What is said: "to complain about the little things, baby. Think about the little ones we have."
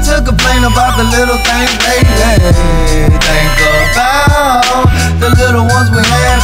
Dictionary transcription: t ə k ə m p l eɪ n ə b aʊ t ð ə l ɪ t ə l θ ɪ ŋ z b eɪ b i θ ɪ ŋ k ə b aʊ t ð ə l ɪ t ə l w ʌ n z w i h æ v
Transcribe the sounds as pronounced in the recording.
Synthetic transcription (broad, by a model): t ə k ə p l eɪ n ə b aʊ t ð ə l ɪ t l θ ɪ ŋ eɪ i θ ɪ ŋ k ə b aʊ ð ə l ɪ t l w ʌ n z w i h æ